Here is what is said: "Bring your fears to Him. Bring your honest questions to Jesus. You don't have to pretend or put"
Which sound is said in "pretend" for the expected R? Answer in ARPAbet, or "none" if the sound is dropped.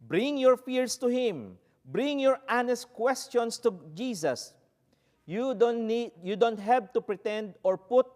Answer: R